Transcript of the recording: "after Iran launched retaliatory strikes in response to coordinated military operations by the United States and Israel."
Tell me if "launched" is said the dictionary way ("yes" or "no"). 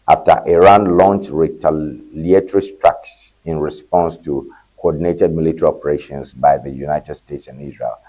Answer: yes